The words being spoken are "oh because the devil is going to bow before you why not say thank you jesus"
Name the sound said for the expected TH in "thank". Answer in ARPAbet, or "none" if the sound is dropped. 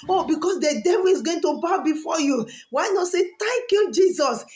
T